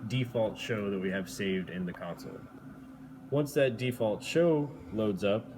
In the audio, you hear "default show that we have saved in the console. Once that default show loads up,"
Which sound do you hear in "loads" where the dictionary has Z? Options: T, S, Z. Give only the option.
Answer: Z